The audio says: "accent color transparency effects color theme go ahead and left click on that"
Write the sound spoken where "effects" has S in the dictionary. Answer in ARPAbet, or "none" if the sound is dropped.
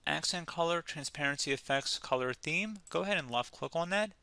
S